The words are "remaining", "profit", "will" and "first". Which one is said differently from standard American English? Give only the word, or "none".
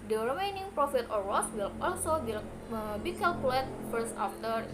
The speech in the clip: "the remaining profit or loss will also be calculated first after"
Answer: first